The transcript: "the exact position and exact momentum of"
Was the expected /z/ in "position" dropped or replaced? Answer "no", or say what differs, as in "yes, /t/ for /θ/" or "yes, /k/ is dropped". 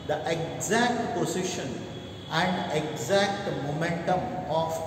yes, /s/ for /z/